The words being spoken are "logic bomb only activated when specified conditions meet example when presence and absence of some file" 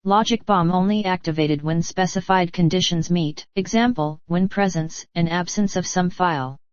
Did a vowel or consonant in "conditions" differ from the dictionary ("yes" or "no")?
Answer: no